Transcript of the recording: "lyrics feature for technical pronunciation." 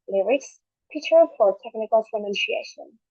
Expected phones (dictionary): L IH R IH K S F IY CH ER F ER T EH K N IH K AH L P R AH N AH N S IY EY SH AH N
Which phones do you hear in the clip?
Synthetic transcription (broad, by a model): L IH R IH K S P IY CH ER F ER T EH K N IH K AH L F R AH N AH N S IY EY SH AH N